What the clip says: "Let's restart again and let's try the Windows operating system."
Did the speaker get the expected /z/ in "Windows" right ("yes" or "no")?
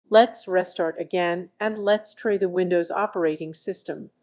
yes